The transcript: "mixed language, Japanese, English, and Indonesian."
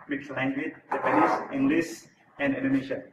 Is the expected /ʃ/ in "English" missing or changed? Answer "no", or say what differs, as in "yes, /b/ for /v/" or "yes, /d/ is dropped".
yes, /s/ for /ʃ/